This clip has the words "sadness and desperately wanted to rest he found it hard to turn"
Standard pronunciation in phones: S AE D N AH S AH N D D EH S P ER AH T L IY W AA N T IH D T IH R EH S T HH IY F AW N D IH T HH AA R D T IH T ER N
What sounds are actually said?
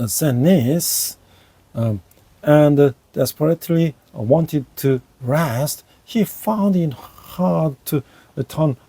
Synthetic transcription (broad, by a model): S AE N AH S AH N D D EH S P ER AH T L IY W AA N T IH D T IH R EH S T HH IY F AW N D IH T HH AA R D T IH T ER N